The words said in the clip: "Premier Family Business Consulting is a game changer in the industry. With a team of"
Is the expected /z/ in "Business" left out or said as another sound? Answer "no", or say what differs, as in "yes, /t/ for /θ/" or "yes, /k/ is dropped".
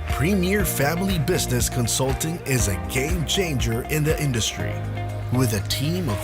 no